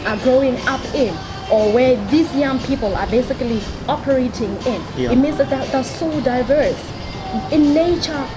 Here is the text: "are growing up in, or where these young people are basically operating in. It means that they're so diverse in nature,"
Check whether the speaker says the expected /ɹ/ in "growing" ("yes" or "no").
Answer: yes